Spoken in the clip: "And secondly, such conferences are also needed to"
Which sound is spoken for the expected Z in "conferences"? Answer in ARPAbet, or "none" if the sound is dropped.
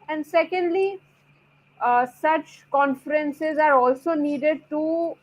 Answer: Z